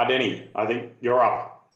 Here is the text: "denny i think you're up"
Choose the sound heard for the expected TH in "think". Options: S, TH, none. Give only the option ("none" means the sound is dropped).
TH